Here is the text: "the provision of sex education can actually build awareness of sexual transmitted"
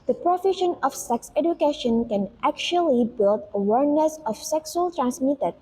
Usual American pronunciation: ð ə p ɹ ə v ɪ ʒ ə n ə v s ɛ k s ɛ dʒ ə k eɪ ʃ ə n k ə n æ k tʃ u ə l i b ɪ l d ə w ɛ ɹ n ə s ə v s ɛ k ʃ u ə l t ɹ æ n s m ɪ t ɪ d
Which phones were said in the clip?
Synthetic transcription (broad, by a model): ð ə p ɹ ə f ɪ ʃ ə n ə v s ɛ k s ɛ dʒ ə k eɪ ʃ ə n k ə n æ k tʃ u ə l i b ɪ l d ə w ɛ ɹ n ə s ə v s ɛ k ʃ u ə l t ɹ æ n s m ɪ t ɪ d